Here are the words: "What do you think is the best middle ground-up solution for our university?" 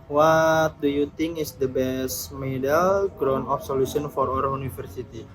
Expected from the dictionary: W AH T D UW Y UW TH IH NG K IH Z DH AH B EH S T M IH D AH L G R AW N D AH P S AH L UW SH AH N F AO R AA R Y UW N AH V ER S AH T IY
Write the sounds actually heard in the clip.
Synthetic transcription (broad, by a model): W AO T D UW Y UW T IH NG K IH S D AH B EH S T M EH D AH L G R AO N AO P S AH L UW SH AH N F AO R AA R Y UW N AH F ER S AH T IY